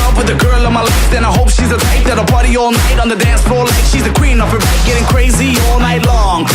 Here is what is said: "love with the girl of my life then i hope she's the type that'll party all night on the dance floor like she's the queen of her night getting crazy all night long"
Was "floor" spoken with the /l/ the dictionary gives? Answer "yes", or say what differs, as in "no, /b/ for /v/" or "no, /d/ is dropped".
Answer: no, /l/ is dropped